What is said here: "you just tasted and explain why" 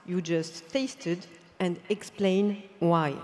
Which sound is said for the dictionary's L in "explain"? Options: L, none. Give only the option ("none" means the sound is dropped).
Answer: L